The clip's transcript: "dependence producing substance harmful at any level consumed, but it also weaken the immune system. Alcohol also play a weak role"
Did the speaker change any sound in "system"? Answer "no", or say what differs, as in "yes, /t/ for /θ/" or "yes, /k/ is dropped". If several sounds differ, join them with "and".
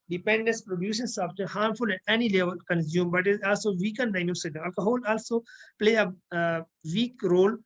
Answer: yes, /m/ is dropped